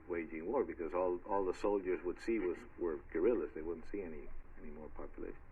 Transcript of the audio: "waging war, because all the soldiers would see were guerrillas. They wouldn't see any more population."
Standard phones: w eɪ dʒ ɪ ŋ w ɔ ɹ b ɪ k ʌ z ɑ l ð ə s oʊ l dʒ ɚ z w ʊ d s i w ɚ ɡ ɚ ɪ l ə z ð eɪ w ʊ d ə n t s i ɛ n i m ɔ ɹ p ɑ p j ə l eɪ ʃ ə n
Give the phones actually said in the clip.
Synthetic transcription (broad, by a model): w eɪ dʒ ɪ ŋ w ɔ ɹ b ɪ k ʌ z ɑ l ð ə s oʊ l dʒ ɚ z w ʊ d s i w ɚ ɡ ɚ ɪ l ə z ð eɪ w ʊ d n t s i ɛ n i m ɔ ɹ p ɑ p j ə l eɪ ʃ n